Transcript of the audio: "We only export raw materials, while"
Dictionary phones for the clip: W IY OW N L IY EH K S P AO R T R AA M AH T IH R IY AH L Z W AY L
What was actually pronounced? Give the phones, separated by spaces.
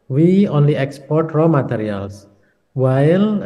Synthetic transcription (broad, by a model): W IY OW N L IY EH K S P AO R T R AA M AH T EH R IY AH L S W AY L